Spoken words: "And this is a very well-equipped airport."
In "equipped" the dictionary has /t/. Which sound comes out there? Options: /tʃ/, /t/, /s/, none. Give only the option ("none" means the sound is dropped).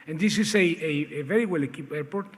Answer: none